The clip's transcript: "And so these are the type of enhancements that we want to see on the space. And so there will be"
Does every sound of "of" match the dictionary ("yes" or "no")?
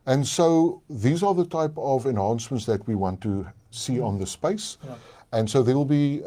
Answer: yes